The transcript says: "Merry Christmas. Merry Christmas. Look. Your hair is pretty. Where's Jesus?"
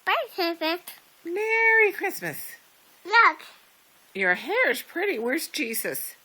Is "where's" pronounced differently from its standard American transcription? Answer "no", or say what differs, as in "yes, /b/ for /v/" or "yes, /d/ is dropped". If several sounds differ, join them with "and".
yes, /s/ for /z/